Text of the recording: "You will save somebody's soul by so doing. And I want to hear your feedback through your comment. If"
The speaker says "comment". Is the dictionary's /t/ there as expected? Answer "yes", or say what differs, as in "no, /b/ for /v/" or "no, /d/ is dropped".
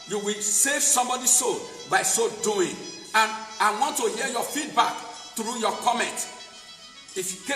yes